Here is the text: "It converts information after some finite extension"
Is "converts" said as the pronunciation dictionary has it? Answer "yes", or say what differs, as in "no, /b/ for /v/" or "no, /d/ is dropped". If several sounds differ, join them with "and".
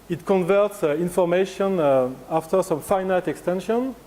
yes